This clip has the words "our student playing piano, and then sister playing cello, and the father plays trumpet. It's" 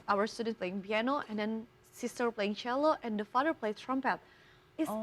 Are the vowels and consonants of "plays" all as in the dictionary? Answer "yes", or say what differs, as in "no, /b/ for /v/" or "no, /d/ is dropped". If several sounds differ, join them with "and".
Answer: no, /z/ is dropped